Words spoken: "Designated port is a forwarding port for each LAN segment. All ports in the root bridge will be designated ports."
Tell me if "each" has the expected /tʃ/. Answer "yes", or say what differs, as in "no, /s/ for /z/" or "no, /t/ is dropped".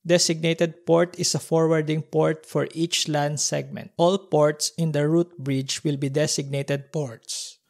yes